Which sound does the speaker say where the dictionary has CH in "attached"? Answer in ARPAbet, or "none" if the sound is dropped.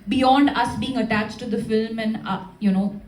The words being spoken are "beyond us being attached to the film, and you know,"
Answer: CH